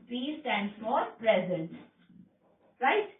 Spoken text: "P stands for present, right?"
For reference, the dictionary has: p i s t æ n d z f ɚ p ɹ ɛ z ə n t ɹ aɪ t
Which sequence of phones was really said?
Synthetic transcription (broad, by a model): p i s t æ n d f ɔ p ɹ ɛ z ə n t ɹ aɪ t